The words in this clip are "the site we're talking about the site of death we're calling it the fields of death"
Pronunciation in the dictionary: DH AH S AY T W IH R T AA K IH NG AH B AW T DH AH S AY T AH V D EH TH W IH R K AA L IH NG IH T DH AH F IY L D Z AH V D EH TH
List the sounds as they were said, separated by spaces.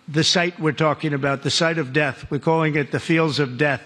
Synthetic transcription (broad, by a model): DH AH S AY T W IH R T AA K IH NG AH B AW T DH AH S AY T AH V D EH TH W IH R K AA L IH NG IH T DH AH F IY L D Z AH V D EH TH